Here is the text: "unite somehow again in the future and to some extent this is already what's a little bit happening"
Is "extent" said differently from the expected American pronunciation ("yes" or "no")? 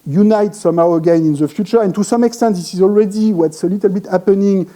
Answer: no